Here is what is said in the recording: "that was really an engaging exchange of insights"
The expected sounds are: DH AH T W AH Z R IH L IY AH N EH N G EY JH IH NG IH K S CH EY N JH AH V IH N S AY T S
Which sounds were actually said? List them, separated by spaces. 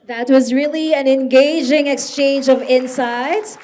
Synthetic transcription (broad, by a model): DH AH T W AH Z R IH L IY AH N EH N G EY JH IH NG IH K S CH EY N JH AH V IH N S AY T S